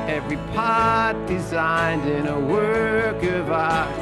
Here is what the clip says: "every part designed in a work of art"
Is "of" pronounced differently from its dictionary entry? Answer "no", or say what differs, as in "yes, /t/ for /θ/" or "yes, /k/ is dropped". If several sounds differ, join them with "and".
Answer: no